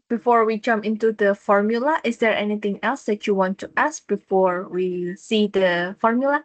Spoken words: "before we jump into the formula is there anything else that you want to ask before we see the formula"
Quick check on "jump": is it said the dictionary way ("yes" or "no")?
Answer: no